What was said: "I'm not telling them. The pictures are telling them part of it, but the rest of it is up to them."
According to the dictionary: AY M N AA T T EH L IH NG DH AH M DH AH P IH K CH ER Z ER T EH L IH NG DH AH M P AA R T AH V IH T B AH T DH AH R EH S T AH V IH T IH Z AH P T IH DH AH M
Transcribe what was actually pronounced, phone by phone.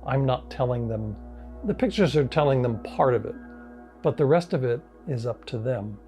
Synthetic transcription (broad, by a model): AY M N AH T T EH L IH NG DH AH M DH AH P IH K CH ER Z ER T EH L IH NG DH AH M P AA R T AH V IH T B AH T DH AH R EH S T AH V IH T IH Z AH P T IH DH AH M